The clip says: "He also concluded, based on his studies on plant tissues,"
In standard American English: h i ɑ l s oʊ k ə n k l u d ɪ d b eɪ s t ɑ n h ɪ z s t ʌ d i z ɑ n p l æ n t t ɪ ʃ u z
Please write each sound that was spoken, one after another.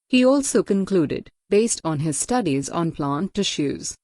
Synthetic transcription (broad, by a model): h i ɑ l s oʊ k ə n k l u d ɪ d b eɪ s t ɑ n h ɪ z s t ʌ d i z ɑ n p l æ n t t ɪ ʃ u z